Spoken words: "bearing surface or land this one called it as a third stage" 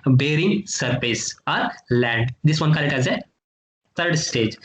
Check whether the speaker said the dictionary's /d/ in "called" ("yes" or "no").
no